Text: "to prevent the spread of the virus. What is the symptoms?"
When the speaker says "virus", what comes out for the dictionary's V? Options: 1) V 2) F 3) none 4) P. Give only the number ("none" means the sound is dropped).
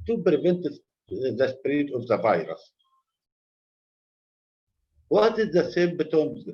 1